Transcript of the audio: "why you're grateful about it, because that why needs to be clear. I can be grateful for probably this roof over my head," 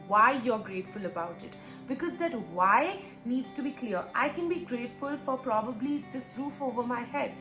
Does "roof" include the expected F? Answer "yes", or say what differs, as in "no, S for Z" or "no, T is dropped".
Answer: yes